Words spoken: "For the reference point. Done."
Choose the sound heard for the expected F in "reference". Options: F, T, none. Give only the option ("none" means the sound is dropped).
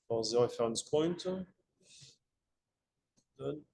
none